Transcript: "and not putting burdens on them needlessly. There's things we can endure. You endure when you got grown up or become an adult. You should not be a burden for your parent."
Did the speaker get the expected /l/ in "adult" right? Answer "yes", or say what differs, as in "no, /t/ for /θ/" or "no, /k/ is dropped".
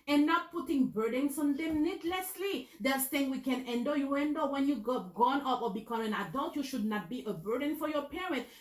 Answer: yes